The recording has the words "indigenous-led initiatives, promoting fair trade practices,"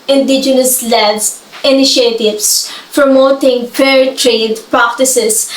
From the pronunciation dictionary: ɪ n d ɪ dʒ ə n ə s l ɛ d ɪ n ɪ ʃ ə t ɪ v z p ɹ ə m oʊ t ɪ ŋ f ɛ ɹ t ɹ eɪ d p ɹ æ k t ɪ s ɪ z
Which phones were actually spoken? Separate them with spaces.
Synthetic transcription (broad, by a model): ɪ n d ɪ dʒ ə n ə s l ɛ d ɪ n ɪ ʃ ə t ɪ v s p ɹ ə m oʊ t ɪ ŋ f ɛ ɹ t ɹ eɪ d p ɹ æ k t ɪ s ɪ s